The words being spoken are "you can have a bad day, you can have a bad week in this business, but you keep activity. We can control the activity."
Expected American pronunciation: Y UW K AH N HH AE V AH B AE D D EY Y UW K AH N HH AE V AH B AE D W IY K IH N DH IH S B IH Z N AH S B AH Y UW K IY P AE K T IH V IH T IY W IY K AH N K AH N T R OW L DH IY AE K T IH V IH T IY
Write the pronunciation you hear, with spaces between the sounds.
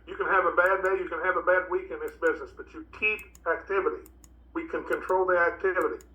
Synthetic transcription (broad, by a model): Y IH K AH N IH V AH B AE D D EY Y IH K AH N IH V AH B AE D W IY K IH N DH IH S B IH Z N AH S B AH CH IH K IY P AE K T IH V IH T IY W IY K AH N K AH N T R OW L DH IY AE K T IH V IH T IY